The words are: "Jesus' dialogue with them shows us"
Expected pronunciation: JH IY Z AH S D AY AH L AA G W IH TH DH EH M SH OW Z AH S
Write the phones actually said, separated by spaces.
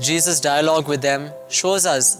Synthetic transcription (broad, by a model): JH IY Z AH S D AY AH L AA G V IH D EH M SH OW Z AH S